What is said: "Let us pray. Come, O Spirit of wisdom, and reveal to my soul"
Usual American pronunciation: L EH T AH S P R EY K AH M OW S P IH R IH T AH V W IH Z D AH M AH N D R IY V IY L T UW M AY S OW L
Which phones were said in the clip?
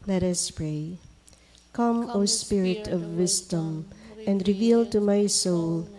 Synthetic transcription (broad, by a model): L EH T AH S P R EY K AH M OW S P IH R IH T AH V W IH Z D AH M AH N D R IY V IY L T UW M AY S OW L